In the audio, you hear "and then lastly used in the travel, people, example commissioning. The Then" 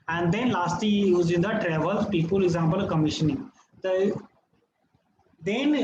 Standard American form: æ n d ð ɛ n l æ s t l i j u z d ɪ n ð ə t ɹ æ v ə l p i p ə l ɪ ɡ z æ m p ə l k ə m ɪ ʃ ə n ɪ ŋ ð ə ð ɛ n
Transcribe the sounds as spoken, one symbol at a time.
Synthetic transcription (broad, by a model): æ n d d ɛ n l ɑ s t l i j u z ɪ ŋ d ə t ɹ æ v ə l p i p ə l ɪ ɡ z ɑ m p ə l k ə m ɪ ʃ ə n ɪ ŋ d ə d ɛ n